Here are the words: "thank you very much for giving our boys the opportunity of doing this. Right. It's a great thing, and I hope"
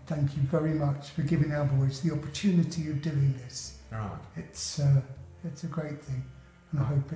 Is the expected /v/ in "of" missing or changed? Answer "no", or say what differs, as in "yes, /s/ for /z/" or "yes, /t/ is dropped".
no